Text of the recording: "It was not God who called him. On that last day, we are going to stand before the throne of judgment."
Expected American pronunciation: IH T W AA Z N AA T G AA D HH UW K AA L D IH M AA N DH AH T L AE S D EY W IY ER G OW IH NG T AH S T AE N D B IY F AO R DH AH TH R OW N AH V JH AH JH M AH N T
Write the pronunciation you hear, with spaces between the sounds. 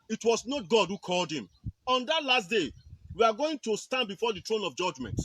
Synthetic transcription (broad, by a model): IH T W AA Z N AA T G AA D HH UW K AA L D IH M AA N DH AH T L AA S D EY W IY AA G OW IH NG T AH S T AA N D B IY F AO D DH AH T R OW N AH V JH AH JH M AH N T